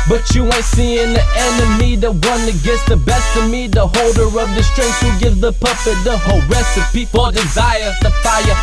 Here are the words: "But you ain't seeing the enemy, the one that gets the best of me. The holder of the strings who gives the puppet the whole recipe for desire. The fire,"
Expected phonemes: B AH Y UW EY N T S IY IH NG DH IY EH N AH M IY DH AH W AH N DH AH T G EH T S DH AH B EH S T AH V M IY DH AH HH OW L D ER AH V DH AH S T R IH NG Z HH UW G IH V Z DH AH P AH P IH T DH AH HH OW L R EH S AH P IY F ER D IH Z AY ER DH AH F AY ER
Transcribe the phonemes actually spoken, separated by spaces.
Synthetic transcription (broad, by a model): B AH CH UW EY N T S IY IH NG DH IY EH N AH M IY DH AH W AH N DH AH T G EH T S DH AH B EH S T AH M IY DH AH HH OW L D ER AH V DH AH S T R IH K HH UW G IH V Z DH AH P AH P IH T DH AH HH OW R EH S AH P IY P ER D IH Z AY ER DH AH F AY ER